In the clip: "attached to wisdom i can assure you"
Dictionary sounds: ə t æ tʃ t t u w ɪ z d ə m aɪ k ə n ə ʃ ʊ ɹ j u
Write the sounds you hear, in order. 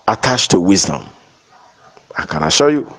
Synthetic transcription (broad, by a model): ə t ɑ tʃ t t u w ɪ z d ə m aɪ k ə n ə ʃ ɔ j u